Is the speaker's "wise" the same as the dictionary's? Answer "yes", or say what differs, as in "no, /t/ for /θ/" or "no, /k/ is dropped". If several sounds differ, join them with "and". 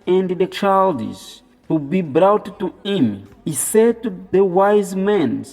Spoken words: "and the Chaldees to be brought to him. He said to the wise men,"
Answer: yes